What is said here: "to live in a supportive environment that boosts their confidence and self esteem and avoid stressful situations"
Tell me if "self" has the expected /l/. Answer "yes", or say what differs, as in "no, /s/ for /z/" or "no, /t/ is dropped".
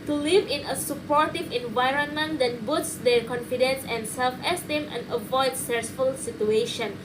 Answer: yes